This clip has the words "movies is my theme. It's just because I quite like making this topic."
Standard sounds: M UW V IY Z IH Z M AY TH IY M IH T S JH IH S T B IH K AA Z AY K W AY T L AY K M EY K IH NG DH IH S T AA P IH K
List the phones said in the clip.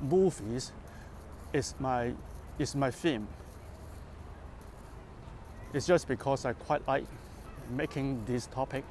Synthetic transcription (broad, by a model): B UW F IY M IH S M AY F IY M IH T S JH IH S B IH K AA S AY K W AY T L AY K M EY K IH NG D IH S T AA P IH K